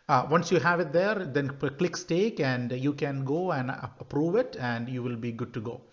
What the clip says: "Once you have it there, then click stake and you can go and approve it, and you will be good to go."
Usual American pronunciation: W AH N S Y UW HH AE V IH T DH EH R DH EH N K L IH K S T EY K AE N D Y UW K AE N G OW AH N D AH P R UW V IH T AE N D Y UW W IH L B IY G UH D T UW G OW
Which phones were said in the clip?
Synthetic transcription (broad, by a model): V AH N S Y UW HH AE V IH T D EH R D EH N K L IH K S T EY K AE N D Y UW K AE N G OW AH N D AH P R UW V IH T AE N D Y UW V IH L B IY G UH D T UW G OW